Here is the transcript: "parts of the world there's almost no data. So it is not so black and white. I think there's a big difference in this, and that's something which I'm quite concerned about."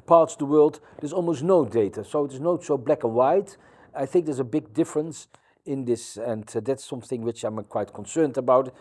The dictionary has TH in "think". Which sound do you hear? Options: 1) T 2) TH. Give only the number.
2